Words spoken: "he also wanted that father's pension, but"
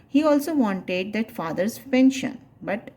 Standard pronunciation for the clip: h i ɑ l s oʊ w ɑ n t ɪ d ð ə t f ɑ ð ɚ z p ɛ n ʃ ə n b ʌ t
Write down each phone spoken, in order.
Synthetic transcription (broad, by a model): h i ɑ l s oʊ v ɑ n t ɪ d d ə t f ɑ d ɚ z p ɛ n ʃ ə n b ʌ t